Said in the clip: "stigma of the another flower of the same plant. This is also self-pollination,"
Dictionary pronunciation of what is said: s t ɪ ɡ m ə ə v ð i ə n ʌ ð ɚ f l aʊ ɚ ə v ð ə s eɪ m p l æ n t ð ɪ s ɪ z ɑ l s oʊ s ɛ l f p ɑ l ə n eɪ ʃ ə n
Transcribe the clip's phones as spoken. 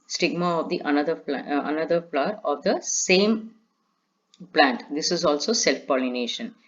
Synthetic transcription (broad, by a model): s t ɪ ɡ m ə ə v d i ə n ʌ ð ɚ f n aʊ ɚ ə v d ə s eɪ m p l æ n t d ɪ s ɪ z ɑ l s oʊ s ɛ l f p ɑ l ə n eɪ ʃ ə n